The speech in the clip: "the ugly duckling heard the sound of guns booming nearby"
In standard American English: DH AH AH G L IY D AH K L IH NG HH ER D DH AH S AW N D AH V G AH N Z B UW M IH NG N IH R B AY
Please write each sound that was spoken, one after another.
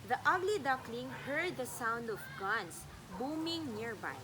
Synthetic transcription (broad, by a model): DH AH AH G L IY D AH K L IH NG HH ER D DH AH S AW N D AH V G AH N S B UW M IH NG N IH R B AY